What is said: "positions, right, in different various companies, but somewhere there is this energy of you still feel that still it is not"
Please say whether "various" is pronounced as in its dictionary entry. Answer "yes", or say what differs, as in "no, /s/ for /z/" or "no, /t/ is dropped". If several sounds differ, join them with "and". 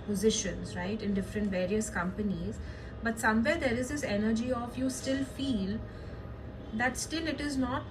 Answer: yes